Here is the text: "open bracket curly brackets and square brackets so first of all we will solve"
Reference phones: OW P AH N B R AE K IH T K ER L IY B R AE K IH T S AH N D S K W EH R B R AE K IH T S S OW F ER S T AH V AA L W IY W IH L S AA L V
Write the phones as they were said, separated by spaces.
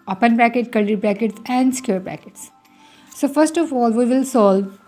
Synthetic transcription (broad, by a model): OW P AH N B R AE K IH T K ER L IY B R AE K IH T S AH N D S K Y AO R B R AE K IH T S S OW F ER S T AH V AA L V IY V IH L S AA L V